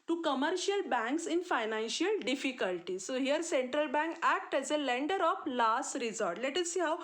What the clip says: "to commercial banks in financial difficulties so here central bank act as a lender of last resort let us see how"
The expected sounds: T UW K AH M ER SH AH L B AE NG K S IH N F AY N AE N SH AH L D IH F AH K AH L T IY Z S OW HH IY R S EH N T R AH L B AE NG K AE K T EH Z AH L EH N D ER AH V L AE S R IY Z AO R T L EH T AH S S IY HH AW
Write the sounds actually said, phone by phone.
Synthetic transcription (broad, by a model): T UW K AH M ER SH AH L B AE NG K S IH N F AY N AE N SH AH L D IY F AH K AH L T IY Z S OW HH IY R S EH N T R AH L B AE NG K AE K T EH Z AH L EH N D ER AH F L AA S R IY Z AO R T L EH T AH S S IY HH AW